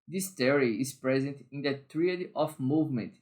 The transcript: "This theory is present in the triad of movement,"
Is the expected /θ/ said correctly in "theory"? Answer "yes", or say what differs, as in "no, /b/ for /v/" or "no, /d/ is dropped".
no, /t/ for /θ/